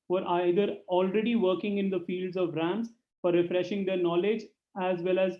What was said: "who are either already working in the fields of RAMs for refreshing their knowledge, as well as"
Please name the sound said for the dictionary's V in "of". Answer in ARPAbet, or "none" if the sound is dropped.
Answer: V